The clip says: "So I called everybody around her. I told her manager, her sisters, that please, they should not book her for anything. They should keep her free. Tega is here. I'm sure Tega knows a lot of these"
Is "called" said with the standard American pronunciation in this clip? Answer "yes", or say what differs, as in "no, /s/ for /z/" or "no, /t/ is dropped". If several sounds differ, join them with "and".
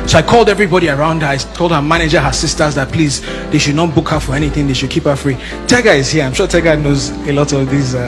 yes